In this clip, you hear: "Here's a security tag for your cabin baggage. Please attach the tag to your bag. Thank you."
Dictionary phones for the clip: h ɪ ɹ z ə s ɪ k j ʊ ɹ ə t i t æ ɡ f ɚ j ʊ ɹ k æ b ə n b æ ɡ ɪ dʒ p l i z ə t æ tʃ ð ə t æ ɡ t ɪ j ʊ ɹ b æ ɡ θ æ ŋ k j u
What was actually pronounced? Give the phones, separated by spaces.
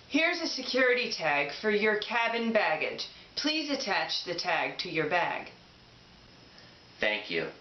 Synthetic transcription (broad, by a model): h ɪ ɹ z ə s ɪ k j ʊ ɹ ə t i t æ ɡ f ɚ j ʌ ɹ k æ b ə n b æ ɡ ɪ dʒ p l i z ə t æ tʃ ð ə t æ ɡ t ɪ j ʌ ɹ b æ ɡ θ æ ŋ k j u